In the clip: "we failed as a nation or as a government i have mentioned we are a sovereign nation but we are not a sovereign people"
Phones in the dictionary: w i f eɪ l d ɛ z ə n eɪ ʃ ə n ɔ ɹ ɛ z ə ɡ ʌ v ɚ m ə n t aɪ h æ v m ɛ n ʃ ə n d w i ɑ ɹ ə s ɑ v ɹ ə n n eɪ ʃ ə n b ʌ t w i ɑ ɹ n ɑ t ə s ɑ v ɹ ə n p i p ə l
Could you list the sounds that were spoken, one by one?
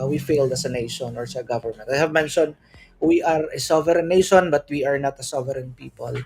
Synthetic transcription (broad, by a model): w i f eɪ l d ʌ s ə n eɪ ʃ ə n ɔ ɹ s ə ɡ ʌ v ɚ m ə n t aɪ h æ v m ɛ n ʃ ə n w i ɑ ɹ ə s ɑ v ɹ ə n n eɪ ʃ ə n b ʌ t w i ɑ ɹ n ɑ t ə s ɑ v ɹ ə n p i p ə l